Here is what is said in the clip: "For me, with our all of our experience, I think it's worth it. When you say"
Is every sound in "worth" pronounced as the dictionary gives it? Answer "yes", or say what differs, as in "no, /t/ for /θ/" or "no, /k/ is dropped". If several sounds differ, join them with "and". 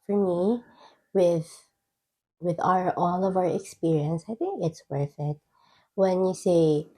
no, /f/ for /θ/